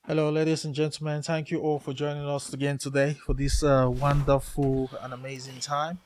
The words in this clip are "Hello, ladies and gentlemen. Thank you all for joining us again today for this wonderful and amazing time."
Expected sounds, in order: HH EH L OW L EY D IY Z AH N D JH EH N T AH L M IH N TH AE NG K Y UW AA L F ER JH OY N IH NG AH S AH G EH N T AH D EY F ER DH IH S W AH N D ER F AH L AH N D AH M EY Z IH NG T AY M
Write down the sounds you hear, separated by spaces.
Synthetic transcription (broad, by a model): HH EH L OW L EY D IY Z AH N JH EH N T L M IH N TH AE NG K Y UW AA L F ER JH OY N IH NG AH S AH G EH N T AH D EY F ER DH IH S W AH N D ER F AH L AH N AH M EY Z IH NG T AY M